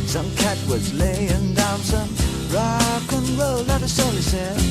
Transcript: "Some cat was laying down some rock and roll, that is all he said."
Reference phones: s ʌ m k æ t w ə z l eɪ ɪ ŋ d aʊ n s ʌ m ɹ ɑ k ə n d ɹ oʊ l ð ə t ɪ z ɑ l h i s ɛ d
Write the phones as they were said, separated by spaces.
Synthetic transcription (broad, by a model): s ʌ m k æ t w ə z l eɪ ɪ ŋ d aʊ n s ʌ m ɹ ɑ k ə n ɹ oʊ l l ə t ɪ s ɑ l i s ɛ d